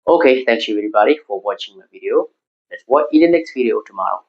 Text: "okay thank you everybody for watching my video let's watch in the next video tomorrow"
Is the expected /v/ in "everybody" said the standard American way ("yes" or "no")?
no